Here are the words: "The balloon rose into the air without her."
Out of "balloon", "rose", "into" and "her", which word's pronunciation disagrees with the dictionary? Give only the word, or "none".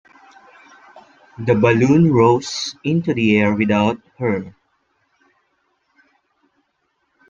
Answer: rose